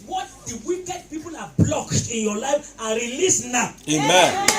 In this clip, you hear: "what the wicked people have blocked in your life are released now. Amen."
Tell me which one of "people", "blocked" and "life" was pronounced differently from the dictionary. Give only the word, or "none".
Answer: none